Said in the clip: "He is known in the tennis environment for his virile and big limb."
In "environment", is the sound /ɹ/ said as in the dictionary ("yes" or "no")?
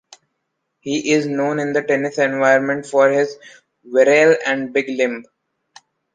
no